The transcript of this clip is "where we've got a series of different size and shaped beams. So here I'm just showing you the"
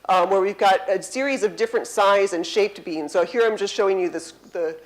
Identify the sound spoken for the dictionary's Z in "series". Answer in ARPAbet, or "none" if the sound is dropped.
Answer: Z